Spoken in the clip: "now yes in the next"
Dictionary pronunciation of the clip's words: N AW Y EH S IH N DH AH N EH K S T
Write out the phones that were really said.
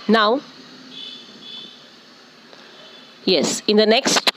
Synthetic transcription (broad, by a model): N AW Y EH S IH N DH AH N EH K S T